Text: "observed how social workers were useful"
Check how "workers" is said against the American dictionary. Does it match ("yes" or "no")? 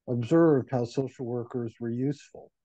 yes